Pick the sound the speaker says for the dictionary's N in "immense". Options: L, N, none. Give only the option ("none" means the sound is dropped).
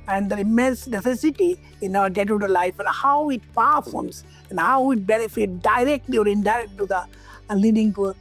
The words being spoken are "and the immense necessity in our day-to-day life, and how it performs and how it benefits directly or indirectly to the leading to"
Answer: N